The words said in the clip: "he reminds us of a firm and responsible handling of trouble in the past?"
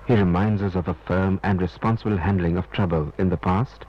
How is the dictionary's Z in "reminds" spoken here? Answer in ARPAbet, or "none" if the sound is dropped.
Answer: Z